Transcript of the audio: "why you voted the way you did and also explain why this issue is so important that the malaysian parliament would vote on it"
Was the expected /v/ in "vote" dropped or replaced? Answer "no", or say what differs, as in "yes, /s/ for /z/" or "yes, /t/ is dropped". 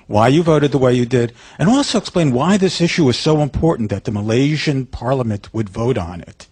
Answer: no